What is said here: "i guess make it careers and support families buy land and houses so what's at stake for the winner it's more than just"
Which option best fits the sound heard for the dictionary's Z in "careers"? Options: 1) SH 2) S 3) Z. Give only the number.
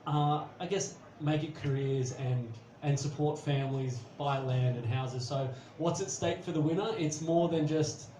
3